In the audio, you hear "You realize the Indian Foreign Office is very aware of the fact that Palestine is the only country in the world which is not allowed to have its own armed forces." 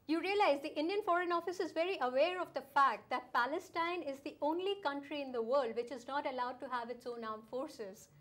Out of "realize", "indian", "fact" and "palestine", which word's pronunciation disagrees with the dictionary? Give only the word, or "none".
none